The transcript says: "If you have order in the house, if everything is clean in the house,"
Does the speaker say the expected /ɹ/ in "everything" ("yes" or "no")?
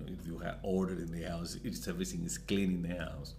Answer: no